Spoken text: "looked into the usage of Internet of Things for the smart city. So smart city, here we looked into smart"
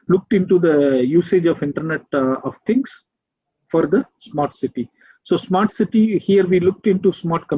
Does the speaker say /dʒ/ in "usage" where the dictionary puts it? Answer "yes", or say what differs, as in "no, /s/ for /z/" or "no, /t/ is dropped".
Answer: yes